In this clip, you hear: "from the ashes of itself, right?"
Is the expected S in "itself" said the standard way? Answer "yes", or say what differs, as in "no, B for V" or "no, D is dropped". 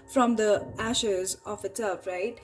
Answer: no, S is dropped